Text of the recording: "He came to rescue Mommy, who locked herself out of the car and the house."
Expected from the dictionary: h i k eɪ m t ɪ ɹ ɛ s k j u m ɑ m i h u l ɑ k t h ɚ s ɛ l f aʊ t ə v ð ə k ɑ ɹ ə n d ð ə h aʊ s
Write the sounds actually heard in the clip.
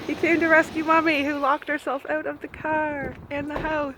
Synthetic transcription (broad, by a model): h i k eɪ m t ɪ ɹ ɛ s k j u m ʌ m i h u l ɑ k t h ɚ s ɛ l f aʊ t ə v ð ə k ɑ ɹ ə n ð ə h aʊ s